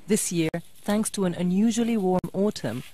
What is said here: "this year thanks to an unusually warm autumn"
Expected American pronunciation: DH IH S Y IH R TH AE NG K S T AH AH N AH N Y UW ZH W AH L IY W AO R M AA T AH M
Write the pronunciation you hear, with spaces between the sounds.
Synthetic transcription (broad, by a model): DH IH S Y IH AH TH AE NG K S T AH AH N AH N Y UW ZH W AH L IY W AO R M AA T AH M